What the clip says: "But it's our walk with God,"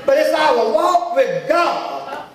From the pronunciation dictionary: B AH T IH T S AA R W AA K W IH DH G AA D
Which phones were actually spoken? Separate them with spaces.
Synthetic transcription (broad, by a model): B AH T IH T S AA W W AA K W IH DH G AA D